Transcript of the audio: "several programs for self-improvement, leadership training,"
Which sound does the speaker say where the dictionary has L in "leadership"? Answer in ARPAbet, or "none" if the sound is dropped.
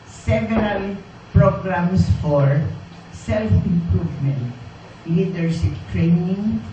N